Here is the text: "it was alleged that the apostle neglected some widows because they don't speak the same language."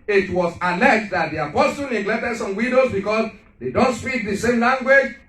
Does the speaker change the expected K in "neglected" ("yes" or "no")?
no